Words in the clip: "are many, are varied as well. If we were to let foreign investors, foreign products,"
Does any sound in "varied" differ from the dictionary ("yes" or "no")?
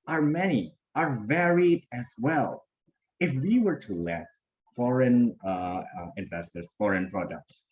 no